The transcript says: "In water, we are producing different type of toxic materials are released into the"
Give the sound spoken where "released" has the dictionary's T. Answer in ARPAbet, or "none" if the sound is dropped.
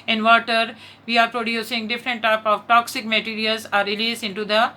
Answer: none